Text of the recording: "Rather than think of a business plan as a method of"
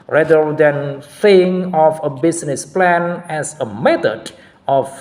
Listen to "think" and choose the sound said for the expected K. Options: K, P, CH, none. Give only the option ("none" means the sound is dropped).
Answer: none